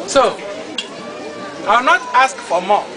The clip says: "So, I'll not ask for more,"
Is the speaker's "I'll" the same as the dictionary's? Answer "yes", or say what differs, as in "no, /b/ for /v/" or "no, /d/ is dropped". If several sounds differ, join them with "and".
no, /w/ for /l/